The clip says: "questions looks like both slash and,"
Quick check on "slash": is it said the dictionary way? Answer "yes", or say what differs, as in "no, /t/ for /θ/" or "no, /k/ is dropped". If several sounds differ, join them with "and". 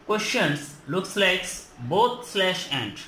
yes